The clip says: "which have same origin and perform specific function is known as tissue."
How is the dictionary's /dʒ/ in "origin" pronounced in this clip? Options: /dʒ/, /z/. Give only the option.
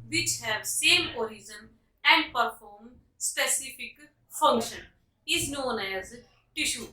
/z/